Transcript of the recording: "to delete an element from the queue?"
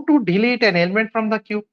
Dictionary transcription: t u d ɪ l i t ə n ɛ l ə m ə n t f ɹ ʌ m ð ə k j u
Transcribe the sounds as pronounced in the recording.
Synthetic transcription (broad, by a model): t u d ɪ l i t ə n ɛ l ə m ə n t f ɹ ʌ m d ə k j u